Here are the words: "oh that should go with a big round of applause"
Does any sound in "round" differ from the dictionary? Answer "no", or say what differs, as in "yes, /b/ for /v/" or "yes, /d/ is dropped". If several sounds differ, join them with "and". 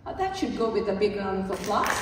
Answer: yes, /d/ is dropped